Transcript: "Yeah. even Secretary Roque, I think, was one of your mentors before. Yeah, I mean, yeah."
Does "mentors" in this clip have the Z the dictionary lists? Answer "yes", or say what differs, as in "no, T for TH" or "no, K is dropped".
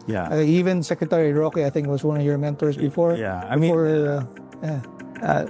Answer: no, S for Z